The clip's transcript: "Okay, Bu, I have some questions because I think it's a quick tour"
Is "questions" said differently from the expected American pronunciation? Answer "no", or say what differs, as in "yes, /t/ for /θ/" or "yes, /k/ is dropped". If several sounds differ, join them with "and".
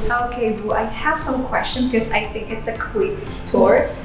yes, /z/ is dropped